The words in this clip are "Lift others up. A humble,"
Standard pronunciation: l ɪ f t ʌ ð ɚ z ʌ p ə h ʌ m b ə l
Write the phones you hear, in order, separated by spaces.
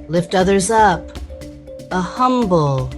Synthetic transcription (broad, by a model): l ɪ f t ʌ ð ɚ z ʌ p ə h ʌ m b l